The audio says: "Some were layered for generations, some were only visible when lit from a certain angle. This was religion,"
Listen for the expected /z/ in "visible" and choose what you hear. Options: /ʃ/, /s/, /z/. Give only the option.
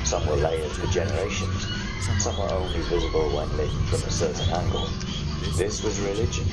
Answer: /z/